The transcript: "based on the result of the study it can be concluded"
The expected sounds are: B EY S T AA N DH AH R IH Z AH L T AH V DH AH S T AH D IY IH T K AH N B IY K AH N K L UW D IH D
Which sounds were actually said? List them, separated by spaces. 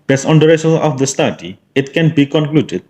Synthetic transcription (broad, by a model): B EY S AA N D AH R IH S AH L AH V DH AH S T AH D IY IH T K AH N B IY K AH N K L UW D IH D